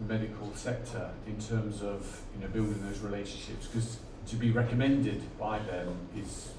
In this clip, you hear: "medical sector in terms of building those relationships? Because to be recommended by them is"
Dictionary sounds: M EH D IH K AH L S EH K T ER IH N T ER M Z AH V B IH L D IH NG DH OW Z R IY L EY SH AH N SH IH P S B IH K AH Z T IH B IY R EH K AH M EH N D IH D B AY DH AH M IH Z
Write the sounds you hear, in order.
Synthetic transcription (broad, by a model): M EH D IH K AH L S EH K T ER IH N T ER M Z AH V B IH L D IH NG DH OW Z R IY L EY SH AH N SH IH P S K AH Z T IH B IY R EH K AH M EH N D IH D B AY DH AH M IH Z